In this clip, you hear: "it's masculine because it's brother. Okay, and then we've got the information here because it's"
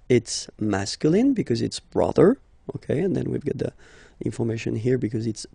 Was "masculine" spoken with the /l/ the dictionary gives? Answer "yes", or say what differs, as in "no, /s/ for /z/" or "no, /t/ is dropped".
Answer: yes